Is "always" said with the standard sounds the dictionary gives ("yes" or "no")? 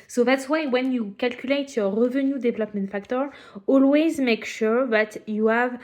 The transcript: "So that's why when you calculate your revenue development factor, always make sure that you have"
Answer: yes